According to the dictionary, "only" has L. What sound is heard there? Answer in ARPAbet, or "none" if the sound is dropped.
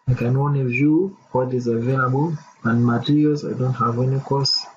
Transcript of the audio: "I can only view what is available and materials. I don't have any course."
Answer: none